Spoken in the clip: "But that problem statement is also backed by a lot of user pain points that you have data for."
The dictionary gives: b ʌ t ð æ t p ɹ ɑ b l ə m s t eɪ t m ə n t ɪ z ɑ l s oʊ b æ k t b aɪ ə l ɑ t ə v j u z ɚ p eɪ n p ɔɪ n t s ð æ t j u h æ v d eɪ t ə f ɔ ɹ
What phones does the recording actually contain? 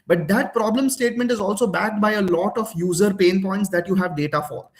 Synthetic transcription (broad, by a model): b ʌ t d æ t p ɹ ɑ b l ə m s t eɪ t m ə n t ɪ z ɑ l s oʊ b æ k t b aɪ ə l ɑ t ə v j u z ɚ p eɪ n p ɔɪ n t s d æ t j u h æ v d eɪ t ə f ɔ ɹ